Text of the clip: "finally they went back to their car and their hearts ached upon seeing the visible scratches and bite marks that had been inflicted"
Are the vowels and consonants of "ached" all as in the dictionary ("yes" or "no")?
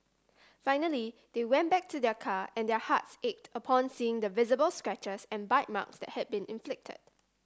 yes